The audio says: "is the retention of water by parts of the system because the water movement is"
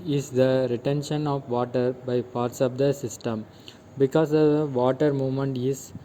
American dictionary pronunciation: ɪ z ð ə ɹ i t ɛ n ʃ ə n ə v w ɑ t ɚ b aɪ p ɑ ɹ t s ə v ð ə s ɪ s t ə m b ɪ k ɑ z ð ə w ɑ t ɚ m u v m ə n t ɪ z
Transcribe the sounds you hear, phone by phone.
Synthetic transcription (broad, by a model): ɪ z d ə ɹ i t ɛ n ʃ ə n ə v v ɑ t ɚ b aɪ p ɑ ɹ t s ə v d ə s ɪ s t ə m b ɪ k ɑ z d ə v ɑ t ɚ m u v m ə n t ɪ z